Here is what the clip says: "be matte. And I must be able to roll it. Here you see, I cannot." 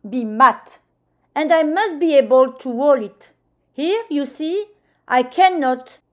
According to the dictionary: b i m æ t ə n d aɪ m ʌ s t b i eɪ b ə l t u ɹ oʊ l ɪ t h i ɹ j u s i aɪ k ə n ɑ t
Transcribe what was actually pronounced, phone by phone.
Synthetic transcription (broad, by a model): b i m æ t ə n d aɪ m ʌ s t b i eɪ b ə l t u w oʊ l ɪ t h i ɹ j u s i aɪ k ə n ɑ t